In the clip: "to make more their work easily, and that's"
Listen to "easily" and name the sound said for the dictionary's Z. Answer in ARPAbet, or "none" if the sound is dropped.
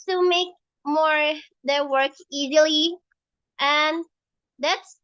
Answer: Z